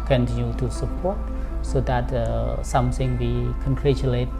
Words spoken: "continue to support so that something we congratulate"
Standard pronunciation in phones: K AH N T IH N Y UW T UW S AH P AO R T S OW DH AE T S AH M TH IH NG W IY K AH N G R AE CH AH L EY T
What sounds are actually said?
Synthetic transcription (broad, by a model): K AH N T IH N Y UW T UW S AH P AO T S OW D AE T S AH M S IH NG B IY K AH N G R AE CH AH L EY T